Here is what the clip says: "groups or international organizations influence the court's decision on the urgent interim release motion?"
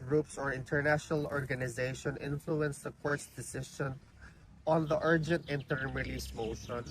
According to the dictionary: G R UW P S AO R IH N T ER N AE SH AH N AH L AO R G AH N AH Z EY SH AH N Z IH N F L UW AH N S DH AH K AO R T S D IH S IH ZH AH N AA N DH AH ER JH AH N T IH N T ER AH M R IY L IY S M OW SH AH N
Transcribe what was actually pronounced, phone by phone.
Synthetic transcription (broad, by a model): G R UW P S AO R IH N T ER N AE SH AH N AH L AO R G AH N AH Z EY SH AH N IH N F L UW AH N S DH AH K AO R T S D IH S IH SH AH N AA N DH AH ER JH AH N T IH N T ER M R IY L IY S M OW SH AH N